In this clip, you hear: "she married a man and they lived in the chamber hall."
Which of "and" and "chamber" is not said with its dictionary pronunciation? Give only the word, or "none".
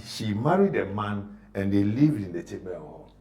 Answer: chamber